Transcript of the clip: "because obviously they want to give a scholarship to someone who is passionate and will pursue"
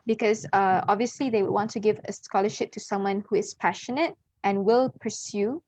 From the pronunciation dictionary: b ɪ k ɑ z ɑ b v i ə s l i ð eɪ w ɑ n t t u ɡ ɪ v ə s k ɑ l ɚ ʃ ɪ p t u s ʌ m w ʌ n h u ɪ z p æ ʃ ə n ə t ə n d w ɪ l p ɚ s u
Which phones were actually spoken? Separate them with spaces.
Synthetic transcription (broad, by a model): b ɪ k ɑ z ɑ b v i ə s l i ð eɪ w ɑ n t t u ɡ ɪ v ə s k ɑ l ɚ ʃ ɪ p t u s ʌ m w ʌ n h u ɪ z p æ ʃ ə n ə t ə n w ɪ l p ɚ s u